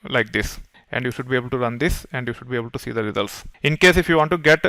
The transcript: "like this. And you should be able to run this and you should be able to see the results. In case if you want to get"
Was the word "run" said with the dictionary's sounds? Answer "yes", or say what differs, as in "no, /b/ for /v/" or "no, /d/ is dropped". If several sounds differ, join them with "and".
yes